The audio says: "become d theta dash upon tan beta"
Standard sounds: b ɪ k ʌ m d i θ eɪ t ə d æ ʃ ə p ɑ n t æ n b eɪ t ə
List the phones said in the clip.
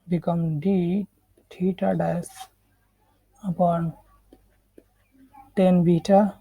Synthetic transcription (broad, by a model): b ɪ k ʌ m d i t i t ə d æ s ə p ɑ n t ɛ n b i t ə